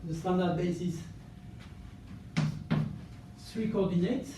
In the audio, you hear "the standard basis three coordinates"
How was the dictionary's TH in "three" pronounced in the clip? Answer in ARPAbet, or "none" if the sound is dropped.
S